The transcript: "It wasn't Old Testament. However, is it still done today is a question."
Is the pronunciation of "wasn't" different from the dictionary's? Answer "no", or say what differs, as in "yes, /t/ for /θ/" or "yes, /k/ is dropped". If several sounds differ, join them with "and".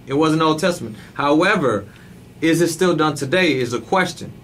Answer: yes, /t/ is dropped